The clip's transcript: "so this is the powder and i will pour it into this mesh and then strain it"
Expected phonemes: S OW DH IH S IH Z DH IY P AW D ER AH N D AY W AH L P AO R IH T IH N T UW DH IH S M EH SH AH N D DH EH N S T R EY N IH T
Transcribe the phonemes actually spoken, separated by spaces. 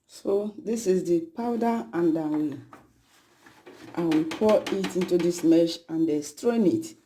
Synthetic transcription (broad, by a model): S OW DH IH S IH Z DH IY P AW D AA AH N D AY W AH W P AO IH T IH N T UW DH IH S M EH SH AH N D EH S T R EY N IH T